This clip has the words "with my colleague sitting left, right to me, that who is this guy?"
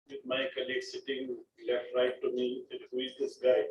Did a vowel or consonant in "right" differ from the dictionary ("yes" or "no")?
no